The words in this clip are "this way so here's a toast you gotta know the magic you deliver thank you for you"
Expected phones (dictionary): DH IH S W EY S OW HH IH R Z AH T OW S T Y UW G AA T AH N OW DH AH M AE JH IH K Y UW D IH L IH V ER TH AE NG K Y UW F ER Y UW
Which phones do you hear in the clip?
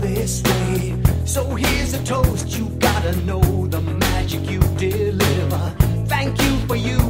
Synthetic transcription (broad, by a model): DH IH S W EY S OW HH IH R Z AH T OW S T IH G AA T AH N OW DH AH M AE JH IH K Y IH D IH L IH V ER TH AE NG K Y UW F ER Y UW